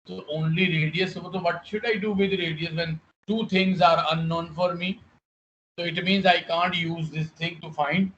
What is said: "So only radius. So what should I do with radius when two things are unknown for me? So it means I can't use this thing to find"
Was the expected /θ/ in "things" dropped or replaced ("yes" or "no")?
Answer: yes